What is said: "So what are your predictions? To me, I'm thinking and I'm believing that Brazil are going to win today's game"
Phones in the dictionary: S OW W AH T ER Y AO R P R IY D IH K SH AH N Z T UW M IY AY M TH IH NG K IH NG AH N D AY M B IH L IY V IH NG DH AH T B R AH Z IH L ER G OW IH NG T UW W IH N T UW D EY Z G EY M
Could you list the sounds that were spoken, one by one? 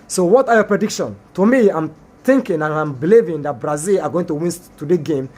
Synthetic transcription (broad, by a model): S OW W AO T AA Y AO P R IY D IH K SH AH N T UW M IY AY M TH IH NG K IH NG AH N AY M B IH L IY V IH NG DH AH T B R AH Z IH L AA G OW IH NG T UW W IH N T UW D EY G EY M